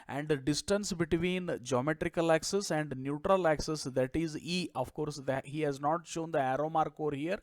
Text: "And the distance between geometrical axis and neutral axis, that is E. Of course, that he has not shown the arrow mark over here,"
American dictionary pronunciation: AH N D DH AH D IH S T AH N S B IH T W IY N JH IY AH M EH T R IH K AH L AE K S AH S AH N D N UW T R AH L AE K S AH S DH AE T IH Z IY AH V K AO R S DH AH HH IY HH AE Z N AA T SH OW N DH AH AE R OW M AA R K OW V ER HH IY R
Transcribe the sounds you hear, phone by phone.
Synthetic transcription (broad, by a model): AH N D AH D IH S T AH N S B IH T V IY N JH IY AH M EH T R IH K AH L AE K S AH S AH N D N UW T R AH L AE K S AH S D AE T IH Z IY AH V K AO R S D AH HH IY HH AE Z N AA T SH OW N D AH AE R OW M AA R K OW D HH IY R